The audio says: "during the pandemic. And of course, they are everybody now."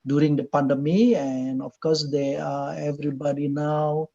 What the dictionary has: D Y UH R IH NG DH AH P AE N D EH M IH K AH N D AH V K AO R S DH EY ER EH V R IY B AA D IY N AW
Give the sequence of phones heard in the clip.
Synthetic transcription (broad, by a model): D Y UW R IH NG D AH P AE N D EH M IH AH N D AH F K AO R S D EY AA EH V R IY B AA D IY N AW